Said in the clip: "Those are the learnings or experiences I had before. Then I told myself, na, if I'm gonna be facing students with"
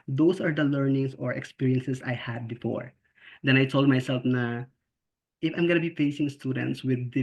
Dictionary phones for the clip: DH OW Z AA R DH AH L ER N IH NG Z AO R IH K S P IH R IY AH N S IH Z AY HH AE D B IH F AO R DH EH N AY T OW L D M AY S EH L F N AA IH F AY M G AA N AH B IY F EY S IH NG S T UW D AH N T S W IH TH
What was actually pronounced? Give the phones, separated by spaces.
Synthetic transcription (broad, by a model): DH OW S AA R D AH L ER N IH NG S AO R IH K S P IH R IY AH N S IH S AY HH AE D B IH F AO R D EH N AY T OW L D M AY S EH L F N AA IH F AY M G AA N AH B IY F EY S IH NG S T UW D AH N T S W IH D